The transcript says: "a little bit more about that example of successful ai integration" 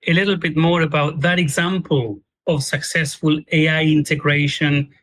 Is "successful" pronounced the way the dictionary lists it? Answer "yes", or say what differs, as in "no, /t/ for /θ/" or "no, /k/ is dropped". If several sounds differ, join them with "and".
yes